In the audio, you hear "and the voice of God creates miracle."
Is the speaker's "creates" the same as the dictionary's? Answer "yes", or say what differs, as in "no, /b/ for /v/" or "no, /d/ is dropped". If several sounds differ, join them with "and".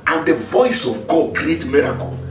no, /s/ is dropped